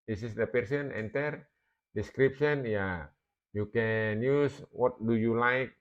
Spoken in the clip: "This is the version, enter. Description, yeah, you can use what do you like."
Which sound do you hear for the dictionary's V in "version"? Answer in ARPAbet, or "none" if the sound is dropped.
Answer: P